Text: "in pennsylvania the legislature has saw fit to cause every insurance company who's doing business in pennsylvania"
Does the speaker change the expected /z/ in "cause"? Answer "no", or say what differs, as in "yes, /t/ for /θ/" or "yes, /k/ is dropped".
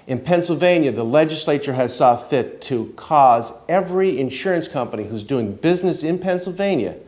no